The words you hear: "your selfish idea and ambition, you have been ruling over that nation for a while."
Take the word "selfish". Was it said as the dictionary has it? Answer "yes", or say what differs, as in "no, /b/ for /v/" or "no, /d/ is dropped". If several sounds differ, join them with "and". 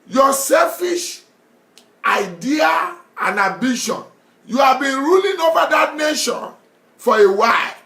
yes